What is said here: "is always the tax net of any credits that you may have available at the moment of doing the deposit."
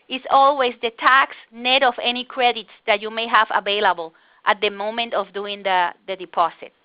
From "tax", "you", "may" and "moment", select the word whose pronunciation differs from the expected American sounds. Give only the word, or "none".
none